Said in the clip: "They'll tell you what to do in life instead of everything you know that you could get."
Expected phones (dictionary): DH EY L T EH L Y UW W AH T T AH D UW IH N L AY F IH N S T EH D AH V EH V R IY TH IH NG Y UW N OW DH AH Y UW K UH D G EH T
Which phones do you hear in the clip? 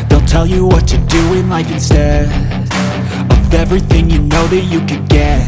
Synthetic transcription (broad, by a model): DH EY L T EH L Y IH W AH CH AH D UW IH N L AY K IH N S T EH AH V EH V R IY TH IH NG Y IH N OW DH AH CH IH K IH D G EH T